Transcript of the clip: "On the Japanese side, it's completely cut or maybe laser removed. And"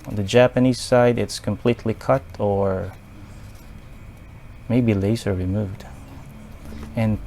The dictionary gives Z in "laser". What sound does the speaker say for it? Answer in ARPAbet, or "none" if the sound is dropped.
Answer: S